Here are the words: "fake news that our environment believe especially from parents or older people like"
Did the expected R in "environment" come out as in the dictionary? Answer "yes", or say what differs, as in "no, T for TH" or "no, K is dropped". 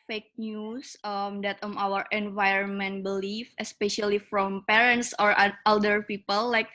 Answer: yes